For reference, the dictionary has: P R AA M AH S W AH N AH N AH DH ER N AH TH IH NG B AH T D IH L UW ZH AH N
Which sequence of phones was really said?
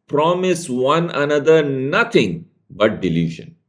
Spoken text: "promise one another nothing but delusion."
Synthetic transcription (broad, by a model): P R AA M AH S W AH N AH N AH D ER N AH T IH NG B AH T D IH L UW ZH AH N